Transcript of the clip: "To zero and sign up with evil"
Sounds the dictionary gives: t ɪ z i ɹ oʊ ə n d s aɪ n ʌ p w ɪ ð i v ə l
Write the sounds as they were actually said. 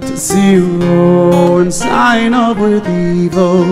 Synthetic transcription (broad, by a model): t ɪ s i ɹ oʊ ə n s aɪ n ʌ p w ɪ ð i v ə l